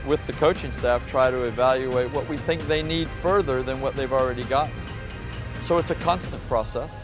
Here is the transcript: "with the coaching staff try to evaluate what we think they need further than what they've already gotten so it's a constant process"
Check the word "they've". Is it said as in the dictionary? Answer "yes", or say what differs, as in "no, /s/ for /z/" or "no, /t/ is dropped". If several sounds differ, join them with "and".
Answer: yes